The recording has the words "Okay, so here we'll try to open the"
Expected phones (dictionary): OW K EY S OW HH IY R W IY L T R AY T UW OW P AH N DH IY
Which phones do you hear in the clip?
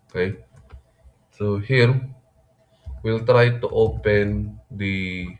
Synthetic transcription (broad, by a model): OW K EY S OW HH IY R W IY L T R AY T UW OW P AH N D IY